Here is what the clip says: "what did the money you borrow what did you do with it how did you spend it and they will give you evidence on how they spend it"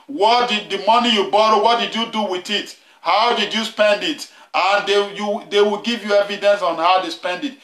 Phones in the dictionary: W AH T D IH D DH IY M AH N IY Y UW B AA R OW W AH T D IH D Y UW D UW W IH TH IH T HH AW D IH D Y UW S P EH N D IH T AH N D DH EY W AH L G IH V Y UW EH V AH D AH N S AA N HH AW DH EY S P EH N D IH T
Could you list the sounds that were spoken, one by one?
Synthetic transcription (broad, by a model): W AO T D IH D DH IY M AH N IY Y UW B AA R OW W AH T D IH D Y UW D UW W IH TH IH T HH AW D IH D Y UW S P EH N D IH T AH N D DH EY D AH W G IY V Y UW EH V AH D AH N S AA N HH AW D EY S P EH N D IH T